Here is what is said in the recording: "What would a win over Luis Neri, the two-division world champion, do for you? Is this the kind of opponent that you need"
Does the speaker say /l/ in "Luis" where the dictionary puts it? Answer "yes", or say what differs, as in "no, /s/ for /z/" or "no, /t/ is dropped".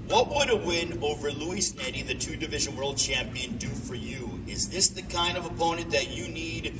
yes